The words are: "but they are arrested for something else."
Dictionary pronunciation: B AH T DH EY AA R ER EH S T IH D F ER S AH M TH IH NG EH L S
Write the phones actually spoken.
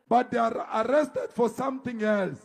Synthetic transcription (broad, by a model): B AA T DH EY AA R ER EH S T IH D F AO S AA M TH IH NG EH L S